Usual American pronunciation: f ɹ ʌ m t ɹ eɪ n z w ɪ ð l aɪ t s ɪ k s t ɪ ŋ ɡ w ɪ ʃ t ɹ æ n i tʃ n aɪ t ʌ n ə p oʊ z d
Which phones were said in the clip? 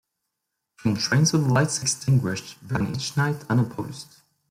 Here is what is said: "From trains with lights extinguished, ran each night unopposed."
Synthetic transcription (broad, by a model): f ɹ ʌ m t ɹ eɪ n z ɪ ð l aɪ t s ɪ k s t ɪ ŋ ɡ w ɪ ʃ t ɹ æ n i tʃ n aɪ t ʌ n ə p oʊ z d